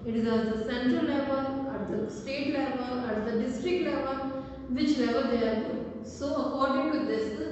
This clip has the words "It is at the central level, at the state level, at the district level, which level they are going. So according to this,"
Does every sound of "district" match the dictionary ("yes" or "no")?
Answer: yes